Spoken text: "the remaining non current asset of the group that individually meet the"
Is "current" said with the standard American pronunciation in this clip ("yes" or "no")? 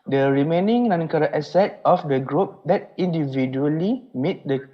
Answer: no